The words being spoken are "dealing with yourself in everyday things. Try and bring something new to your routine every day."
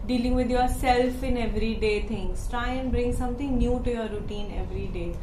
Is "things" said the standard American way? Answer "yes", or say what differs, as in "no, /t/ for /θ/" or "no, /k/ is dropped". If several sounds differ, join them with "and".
no, /t/ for /θ/